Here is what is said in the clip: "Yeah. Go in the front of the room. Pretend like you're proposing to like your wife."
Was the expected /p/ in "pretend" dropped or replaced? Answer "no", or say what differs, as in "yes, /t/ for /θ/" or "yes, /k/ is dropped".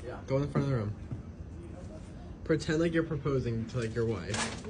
no